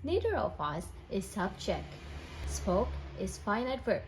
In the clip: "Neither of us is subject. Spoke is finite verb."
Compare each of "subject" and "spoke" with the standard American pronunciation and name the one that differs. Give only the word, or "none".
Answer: subject